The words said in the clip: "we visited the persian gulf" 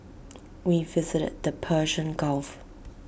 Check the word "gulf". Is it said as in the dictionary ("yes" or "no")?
yes